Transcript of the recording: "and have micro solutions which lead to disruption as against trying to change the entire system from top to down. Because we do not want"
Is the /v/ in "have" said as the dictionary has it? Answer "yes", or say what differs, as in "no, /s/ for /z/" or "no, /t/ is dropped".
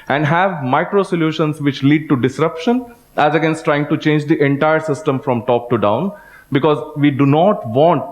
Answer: yes